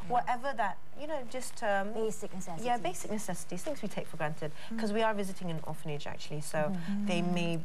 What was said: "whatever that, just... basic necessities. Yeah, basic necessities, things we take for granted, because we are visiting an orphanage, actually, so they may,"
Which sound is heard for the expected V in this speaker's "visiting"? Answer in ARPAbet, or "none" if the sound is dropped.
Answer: V